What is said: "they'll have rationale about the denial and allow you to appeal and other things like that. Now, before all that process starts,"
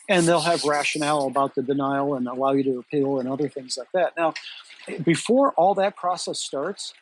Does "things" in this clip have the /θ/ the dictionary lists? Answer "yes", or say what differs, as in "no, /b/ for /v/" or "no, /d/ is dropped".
yes